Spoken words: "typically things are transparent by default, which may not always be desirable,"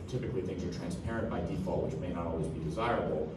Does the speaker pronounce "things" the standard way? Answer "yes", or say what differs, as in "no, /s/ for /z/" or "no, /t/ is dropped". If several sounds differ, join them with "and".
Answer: yes